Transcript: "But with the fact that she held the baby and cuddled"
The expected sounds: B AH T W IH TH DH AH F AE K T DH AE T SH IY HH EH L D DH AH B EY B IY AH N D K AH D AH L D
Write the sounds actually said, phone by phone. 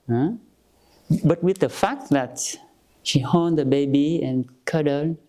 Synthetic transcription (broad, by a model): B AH T W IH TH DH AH F AE K T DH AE T SH IY HH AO N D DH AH B EY B IY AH N K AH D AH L